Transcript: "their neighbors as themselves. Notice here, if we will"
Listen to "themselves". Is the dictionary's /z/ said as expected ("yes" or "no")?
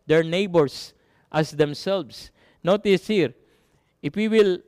no